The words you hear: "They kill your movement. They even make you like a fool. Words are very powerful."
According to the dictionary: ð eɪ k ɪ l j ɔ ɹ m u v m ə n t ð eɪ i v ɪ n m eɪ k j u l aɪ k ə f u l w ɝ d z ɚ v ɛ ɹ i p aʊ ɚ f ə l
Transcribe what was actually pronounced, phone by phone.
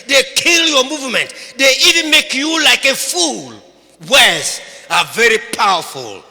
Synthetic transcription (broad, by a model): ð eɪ k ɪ l j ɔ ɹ m u v m ə n t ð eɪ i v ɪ n m eɪ k j u l aɪ k ə f u l w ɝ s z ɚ v ɛ ɹ i p aʊ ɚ f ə l